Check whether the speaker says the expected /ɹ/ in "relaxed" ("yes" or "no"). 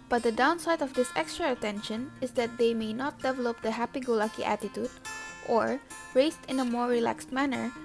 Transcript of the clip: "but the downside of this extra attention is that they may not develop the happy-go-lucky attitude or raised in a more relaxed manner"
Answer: yes